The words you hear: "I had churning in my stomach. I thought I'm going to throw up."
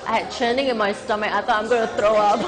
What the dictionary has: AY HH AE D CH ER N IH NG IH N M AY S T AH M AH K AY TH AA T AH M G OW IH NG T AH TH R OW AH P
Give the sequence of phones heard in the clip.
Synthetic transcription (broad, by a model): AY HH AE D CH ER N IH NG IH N M AY S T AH M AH AY T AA AH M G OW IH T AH T R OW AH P